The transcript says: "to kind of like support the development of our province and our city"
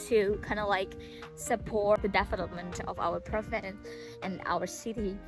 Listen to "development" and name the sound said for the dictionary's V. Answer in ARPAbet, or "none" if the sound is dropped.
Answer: F